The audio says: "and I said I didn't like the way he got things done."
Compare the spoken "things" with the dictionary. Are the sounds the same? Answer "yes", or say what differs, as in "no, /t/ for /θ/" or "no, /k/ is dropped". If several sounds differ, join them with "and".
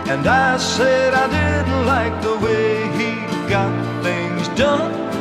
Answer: yes